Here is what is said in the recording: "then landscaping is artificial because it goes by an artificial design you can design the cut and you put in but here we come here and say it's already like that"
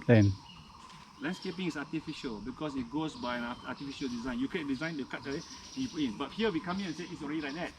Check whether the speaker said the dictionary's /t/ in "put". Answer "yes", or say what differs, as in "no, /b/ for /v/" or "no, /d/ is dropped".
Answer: no, /t/ is dropped